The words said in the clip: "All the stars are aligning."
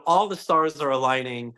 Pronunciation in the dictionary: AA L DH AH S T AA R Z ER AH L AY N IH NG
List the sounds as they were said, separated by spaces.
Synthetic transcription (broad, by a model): AA L DH AH S T AA R Z ER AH L AY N IH NG